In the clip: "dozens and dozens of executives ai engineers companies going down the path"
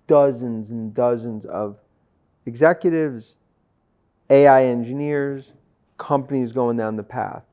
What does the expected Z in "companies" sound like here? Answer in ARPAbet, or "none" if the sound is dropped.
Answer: Z